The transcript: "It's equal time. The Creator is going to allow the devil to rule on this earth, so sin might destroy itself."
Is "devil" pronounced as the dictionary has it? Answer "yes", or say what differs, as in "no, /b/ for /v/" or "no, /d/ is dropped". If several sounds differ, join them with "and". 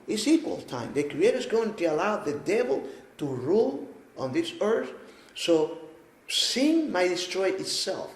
yes